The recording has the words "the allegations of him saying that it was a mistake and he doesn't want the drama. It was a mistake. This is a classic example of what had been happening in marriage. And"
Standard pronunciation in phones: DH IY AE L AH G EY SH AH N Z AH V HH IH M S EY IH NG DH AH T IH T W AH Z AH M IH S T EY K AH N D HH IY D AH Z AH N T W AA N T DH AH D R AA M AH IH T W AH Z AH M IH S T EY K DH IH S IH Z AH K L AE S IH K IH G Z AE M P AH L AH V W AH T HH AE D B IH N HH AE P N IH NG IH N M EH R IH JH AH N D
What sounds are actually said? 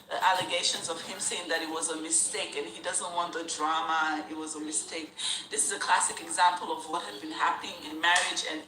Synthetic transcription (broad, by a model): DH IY AE L AH G EY SH AH N Z AH V HH IH M S EY IH NG DH AH T IH T W AH Z AH M IH S T EY K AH N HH IY D AH Z AH N T W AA N DH AH D R AA M AH IH T W AH Z AH M IH S T EY K DH IH S IH Z AH K L AE S IH K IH G Z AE M P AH L AH V W AH T HH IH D B IH N HH AE P N IH NG IH N M EH R IH JH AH N